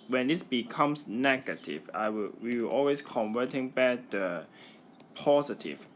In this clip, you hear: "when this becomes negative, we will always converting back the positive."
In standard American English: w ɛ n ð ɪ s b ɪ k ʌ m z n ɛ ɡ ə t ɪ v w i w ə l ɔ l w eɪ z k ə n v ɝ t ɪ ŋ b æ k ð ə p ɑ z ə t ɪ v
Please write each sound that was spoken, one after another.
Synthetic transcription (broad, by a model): w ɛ n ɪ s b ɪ k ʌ m s n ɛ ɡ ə t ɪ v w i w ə w ɔ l w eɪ s k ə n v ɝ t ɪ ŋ b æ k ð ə p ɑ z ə t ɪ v